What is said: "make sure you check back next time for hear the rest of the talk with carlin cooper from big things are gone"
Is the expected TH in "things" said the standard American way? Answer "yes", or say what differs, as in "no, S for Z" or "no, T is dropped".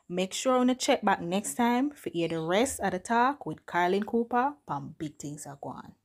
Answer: no, T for TH